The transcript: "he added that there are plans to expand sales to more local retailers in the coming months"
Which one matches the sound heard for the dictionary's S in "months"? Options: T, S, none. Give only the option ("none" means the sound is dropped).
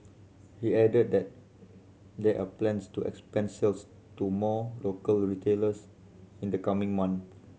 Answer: none